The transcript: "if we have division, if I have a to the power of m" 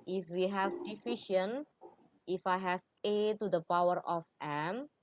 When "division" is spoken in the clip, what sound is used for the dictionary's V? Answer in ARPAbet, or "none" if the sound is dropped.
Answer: F